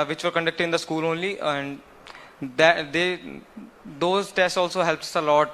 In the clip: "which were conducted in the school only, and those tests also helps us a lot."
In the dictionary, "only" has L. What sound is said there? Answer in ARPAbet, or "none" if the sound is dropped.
L